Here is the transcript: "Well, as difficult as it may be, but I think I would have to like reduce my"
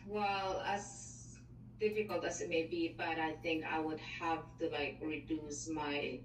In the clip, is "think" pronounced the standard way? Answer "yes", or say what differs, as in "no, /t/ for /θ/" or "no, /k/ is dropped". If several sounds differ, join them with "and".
yes